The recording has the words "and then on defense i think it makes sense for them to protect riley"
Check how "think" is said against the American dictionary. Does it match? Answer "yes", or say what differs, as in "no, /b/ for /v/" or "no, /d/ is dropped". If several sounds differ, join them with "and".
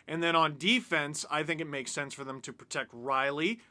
yes